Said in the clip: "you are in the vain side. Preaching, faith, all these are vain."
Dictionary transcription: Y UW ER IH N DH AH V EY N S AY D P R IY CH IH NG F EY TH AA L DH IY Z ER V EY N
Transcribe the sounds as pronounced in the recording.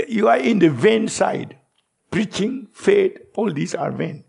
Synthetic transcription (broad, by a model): Y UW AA IH N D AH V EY N S AY D P R IY CH IH NG F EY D AA L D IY S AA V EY N